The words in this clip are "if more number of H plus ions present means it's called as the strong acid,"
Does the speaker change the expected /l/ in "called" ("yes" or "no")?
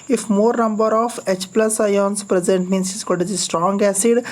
yes